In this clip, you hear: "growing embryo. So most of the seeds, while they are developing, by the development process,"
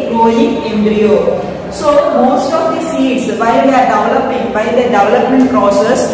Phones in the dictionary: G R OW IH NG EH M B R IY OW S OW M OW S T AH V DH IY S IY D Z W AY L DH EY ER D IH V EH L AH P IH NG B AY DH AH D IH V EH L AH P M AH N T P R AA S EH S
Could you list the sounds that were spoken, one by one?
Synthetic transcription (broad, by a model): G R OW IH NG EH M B R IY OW S OW M OW S T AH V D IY S IY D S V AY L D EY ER D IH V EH L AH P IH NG B AY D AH D IH V EH L AH P M AH N T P R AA S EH S